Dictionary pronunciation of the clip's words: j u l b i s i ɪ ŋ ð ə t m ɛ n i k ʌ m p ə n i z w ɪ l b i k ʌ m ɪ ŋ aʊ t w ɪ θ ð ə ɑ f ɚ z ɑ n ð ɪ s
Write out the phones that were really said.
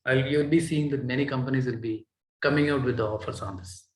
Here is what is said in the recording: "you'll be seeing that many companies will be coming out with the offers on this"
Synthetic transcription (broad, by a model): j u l b i s i ɪ ŋ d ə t m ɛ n i k ʌ m p ə n i z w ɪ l b i k ʌ m ɪ ŋ aʊ t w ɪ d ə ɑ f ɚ s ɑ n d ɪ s